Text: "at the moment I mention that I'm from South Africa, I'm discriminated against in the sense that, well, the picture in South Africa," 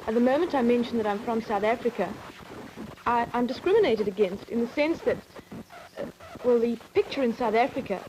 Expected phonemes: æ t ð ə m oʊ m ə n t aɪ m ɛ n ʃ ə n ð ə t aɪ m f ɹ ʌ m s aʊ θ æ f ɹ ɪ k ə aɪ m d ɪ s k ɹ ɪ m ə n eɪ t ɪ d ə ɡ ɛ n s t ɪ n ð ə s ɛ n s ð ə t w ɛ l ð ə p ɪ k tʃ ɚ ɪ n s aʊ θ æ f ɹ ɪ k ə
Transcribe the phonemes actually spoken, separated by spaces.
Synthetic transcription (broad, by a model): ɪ t ð ə m oʊ m ə n t aɪ m ɛ n ʃ n ð ə t aɪ m f ɹ ʌ m s aʊ θ æ f ɹ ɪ k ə aɪ m d ɪ s k ɹ ɪ m ə n eɪ t ɪ d ə ɡ ɛ n s t ɪ n ð ə s ɛ n s ð ə t w ɛ l ð ə p ɪ k tʃ ɚ ɪ n s aʊ θ æ f ɹ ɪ k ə